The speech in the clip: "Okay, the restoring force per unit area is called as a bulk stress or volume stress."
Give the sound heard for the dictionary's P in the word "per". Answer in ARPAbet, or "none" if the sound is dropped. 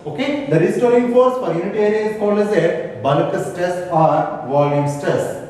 F